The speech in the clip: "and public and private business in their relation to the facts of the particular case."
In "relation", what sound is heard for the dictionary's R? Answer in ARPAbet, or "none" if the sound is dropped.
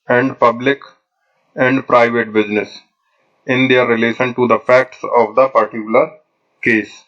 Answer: R